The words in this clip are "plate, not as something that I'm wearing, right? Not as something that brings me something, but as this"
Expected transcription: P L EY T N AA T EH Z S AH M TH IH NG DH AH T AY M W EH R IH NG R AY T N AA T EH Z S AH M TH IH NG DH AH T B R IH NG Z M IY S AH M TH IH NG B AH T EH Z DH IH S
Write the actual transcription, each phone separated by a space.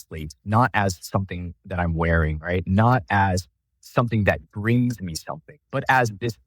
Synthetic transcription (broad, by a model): L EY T N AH T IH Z S AH M TH IH NG DH AH T AY M W EH R IH NG R AY T N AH T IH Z S AH M TH IH NG DH AH T B R IH NG Z M IY S AH M TH IH NG B AH T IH Z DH IH S